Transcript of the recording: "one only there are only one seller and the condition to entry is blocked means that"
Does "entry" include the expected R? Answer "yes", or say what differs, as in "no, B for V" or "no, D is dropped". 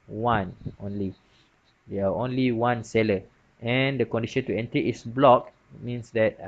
no, R is dropped